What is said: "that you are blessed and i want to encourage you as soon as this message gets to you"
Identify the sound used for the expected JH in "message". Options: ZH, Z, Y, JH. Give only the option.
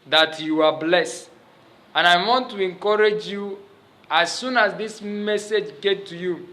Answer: JH